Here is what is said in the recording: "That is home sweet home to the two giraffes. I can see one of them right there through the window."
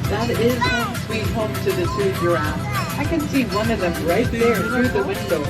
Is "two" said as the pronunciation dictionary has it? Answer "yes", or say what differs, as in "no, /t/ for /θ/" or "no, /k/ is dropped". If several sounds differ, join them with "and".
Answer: no, /s/ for /t/